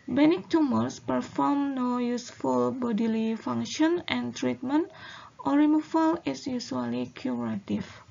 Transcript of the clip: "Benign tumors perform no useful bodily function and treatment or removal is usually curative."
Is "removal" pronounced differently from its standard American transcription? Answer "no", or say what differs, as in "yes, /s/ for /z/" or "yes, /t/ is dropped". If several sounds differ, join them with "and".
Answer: yes, /f/ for /v/